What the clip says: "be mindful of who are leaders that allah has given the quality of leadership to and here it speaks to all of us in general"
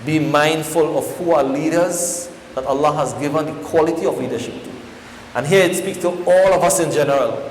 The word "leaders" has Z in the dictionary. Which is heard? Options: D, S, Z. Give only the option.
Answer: Z